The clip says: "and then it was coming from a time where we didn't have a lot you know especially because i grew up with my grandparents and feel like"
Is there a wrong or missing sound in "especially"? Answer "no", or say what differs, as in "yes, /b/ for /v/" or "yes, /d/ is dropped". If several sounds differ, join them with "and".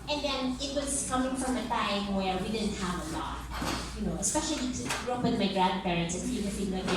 yes, /l/ is dropped